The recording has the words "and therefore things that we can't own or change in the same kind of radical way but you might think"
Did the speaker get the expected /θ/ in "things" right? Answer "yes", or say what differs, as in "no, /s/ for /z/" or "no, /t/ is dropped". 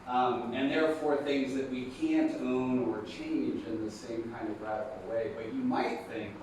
yes